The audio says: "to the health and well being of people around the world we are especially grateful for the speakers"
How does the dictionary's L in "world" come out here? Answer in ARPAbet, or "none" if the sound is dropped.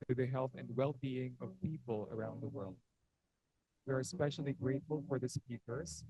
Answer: L